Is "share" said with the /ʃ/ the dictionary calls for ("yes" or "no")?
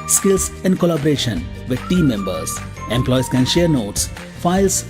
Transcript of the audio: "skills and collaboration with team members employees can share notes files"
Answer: yes